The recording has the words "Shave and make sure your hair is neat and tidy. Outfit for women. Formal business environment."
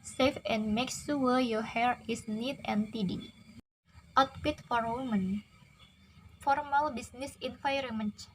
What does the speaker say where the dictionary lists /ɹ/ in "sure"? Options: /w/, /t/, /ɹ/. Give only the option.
/w/